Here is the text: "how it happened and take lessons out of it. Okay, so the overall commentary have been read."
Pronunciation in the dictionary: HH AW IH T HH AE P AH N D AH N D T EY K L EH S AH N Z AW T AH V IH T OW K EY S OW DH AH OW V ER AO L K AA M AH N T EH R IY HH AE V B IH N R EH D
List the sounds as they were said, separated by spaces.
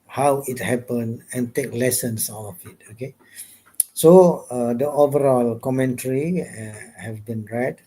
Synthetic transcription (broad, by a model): HH AW IH T HH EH P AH N AH N T EY K L EH S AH N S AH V IH T OW K EY S OW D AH OW V ER AO L K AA M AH N T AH R IY HH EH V B IH N R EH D